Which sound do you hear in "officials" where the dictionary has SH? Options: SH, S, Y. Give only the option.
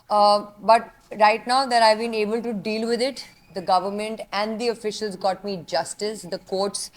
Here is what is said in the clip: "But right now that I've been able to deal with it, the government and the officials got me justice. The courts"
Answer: SH